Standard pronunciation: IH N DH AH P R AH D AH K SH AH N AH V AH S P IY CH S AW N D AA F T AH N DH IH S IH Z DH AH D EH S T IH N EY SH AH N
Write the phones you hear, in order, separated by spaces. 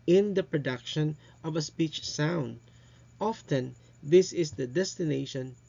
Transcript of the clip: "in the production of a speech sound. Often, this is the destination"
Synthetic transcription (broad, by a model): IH N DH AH P R AH D AH K SH AH N AH V AH S P IY CH S AW N D AA F T AH N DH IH S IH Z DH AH D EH S T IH N EY SH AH N